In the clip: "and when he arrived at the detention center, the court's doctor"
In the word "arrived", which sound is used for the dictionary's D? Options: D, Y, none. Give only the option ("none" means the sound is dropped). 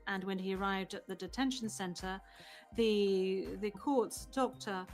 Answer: D